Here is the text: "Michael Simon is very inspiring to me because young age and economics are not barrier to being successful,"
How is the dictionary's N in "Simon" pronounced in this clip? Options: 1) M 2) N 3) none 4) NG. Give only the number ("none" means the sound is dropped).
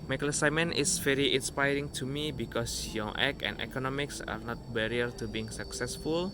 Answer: 2